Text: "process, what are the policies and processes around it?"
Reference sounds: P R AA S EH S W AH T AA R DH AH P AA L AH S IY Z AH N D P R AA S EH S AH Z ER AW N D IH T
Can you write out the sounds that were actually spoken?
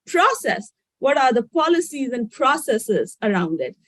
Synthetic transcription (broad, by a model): P R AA S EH S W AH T AA R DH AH P AA L AH S IY Z AH N D P R AA S EH S AH Z ER AW N D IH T